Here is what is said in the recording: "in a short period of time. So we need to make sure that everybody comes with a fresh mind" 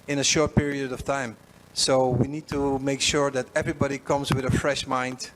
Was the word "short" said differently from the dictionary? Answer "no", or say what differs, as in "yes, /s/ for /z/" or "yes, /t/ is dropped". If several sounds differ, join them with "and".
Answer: no